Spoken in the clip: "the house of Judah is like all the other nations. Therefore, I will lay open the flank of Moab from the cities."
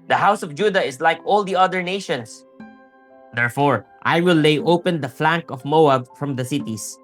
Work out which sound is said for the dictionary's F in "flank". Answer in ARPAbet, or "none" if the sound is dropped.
F